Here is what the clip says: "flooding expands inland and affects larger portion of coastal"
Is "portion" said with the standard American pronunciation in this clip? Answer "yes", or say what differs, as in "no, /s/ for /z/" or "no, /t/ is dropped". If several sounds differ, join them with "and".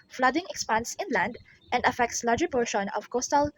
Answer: yes